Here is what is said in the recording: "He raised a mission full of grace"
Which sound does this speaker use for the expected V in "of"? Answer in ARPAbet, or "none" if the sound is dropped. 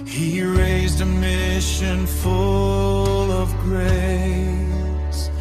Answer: V